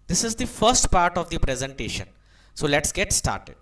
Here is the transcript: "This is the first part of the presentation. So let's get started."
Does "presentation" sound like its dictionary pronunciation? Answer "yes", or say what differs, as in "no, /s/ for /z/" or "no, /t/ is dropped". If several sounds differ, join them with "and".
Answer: yes